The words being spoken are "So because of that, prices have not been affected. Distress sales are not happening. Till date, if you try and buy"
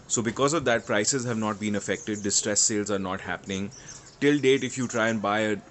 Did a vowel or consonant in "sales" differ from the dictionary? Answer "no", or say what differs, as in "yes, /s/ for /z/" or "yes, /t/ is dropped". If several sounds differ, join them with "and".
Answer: no